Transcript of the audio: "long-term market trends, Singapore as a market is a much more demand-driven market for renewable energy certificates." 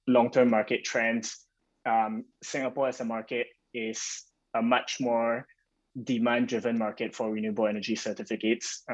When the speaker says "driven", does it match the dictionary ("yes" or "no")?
yes